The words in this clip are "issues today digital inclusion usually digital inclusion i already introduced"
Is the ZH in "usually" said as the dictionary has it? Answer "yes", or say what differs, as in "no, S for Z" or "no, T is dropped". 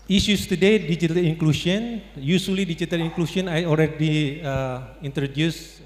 no, S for ZH